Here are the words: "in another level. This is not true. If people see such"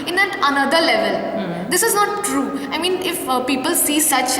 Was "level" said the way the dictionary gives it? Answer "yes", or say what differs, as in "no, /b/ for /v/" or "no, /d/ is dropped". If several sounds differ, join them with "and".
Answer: yes